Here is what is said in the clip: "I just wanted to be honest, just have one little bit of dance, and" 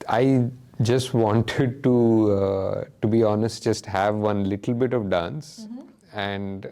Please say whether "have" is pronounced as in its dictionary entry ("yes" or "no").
yes